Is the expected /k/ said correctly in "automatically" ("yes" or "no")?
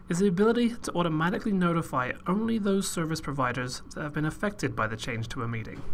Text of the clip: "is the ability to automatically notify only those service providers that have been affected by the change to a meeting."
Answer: yes